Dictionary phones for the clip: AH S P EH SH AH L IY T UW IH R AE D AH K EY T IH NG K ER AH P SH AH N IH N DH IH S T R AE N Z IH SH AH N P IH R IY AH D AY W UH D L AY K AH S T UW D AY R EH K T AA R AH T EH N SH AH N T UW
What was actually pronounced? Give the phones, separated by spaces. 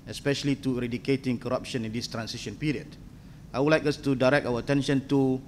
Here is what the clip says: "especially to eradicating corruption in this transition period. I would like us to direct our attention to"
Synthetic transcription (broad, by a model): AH S P EH SH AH L IY T UW R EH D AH K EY T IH NG K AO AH P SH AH N IH N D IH S T R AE N S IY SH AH N P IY R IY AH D AY W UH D L AY K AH S T UW D AY R EH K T AA W AH T EH N SH AH N T UW